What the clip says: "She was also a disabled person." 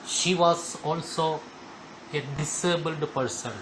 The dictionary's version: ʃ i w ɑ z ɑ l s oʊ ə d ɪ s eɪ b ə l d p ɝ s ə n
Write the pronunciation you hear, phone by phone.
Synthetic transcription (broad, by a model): ʃ i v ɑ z ɑ l s oʊ ə d ɪ s eɪ b ə l d p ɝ s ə n